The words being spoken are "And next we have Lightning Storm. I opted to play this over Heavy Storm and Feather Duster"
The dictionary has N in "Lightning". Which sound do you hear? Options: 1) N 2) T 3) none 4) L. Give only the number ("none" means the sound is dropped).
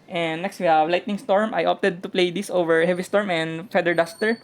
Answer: 1